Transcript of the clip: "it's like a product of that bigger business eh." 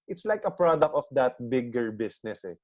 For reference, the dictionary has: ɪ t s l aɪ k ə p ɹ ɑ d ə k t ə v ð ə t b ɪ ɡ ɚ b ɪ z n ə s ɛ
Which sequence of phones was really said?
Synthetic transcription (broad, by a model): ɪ t s l aɪ k ə p ɹ ɑ d ə k t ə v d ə t b ɪ ɡ ɚ b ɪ s n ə s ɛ